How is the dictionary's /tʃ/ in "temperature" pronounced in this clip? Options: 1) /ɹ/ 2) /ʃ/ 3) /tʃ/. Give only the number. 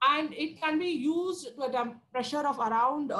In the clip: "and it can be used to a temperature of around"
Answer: 2